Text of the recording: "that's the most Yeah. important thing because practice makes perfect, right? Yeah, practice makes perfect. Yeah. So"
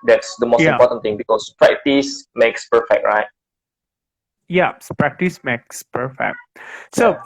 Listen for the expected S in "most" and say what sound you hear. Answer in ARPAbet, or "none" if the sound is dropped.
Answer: none